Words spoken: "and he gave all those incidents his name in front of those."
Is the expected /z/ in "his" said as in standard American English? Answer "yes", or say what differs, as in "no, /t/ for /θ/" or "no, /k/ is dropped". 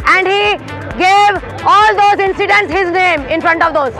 yes